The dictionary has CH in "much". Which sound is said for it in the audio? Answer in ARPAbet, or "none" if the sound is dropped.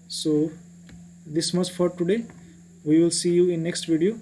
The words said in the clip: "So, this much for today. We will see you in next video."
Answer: S